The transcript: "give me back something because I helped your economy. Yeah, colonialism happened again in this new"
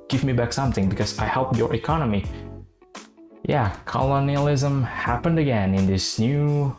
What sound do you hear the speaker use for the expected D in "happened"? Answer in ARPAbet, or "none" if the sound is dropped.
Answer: D